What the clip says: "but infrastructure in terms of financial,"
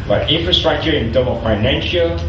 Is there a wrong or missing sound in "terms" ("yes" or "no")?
yes